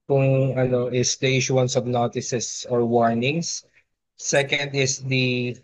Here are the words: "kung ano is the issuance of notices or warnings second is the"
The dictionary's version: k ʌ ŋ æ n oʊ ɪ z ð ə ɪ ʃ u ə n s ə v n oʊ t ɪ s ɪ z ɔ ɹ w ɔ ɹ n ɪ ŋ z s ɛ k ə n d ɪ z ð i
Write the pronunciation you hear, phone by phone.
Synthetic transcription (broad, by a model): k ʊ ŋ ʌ n oʊ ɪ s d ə ɪ ʃ u ə n s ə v n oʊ t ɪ s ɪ s ɔ ɹ w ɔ ɹ n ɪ ŋ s s ɛ k ə n d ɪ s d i